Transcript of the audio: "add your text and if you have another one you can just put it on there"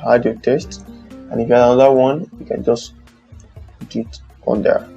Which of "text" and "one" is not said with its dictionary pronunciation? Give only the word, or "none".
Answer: text